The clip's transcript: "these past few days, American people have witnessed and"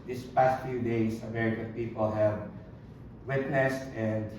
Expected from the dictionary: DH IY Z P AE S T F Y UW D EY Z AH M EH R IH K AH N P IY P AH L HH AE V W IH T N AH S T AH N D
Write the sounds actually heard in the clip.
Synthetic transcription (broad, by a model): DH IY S P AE S T F Y UW D EY S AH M EH R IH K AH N P IY P AH L HH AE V W IH T N AH S T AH N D